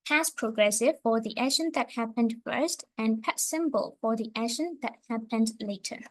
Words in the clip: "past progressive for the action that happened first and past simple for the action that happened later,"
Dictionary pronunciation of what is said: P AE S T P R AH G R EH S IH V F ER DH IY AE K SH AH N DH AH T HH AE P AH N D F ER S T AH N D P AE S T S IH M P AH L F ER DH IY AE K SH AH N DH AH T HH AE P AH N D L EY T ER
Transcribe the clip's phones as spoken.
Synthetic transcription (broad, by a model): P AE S P R AH G R EH S IH V F ER DH IY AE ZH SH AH N DH AH T HH AE P AH N D F ER S T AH N P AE T S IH M B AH L F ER DH IY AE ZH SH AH N DH AH T HH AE P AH N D L EY T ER